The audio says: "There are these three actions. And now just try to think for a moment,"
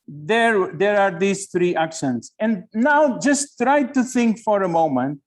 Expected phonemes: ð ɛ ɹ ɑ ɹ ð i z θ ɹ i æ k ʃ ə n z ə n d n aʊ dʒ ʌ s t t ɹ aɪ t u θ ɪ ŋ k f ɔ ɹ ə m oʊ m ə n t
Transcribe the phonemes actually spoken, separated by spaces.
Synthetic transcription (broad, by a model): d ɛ ɹ ɑ ɹ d i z t ɹ i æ k ʃ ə n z ə n d n aʊ dʒ ʌ s t t ɹ aɪ t u t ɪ ŋ k f ɔ ɹ ə m oʊ m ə n t